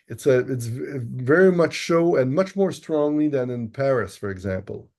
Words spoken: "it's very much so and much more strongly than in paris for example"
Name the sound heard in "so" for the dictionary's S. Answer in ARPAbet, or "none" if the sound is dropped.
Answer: SH